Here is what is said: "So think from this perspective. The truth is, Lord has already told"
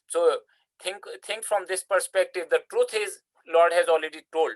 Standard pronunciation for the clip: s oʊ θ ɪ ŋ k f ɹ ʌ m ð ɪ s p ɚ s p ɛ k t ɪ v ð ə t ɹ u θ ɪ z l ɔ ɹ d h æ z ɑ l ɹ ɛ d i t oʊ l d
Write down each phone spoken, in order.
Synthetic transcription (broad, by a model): s oʊ t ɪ ŋ k f ɹ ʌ m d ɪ s p ɚ s p ɛ k t ɪ v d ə t ɹ u t ɪ z l ɔ ɹ d h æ z ɑ l ɹ ɛ d i t oʊ l d